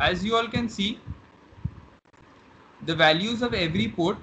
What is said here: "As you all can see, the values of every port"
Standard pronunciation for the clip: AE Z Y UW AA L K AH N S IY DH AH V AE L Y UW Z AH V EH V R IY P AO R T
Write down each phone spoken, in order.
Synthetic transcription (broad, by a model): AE Z Y UW AA L K AH N S IY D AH V AE L Y UW Z AH V EH V R IY P AO R T